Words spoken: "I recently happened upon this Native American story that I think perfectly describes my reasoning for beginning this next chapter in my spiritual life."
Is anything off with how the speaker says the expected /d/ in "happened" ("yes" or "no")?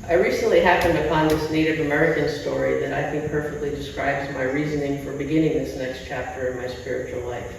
no